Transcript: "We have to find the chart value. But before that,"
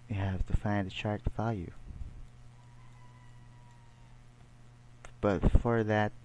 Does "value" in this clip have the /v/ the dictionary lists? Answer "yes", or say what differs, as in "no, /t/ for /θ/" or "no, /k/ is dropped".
no, /w/ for /v/